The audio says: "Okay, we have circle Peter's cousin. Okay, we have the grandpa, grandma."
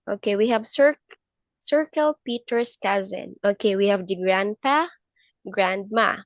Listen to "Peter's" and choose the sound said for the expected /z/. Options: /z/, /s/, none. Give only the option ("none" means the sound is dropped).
/s/